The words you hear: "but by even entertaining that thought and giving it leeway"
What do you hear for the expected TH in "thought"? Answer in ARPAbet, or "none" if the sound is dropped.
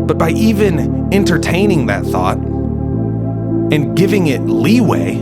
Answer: TH